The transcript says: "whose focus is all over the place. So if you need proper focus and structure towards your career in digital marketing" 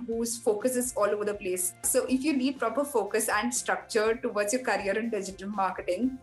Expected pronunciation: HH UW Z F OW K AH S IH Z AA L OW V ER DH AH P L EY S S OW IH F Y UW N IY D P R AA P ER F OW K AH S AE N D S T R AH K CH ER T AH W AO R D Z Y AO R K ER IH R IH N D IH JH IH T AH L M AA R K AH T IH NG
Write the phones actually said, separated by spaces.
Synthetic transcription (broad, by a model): HH UW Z F OW K AH S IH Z AA L OW V ER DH AH P L EY S S OW IH F Y UW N IY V P R AA P ER F OW K AH S AE N D S T R AH K CH ER T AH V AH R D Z Y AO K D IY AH R IH N D IH JH IH T AH L M AA R K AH T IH NG